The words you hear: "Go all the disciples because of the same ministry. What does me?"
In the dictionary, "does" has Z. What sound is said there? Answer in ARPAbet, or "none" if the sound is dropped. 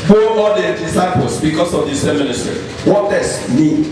S